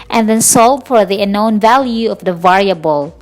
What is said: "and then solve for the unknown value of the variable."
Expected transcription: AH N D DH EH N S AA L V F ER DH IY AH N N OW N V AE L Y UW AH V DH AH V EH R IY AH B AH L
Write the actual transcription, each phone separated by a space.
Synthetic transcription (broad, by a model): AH N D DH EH N S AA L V F ER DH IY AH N N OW N V AE L Y UW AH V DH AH V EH R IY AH B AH L